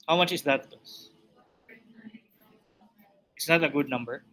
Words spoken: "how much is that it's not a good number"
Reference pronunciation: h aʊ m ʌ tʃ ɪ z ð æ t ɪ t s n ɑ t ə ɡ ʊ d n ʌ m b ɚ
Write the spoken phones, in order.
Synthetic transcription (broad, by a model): h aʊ m ʌ tʃ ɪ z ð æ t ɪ s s n ɑ t ə ɡ ʊ d n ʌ m b ɚ